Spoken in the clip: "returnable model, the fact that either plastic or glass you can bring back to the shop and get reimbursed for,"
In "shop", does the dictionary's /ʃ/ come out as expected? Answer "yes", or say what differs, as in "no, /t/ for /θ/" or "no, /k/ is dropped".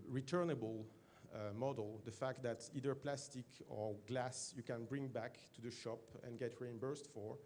yes